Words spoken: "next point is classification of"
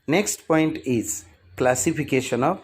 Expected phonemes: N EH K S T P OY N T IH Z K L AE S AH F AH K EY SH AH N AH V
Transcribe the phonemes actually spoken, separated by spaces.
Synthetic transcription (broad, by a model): N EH K S T P OY N T IH Z K L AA S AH P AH K EY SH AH N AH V